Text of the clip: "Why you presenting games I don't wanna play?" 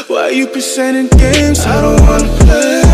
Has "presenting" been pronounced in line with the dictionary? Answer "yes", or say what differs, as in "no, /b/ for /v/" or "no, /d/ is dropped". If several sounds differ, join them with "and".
no, /n/ is dropped